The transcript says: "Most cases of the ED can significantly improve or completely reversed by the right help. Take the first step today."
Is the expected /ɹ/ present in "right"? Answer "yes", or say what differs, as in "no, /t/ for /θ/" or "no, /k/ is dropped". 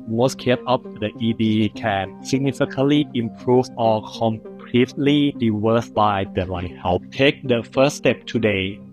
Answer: no, /l/ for /ɹ/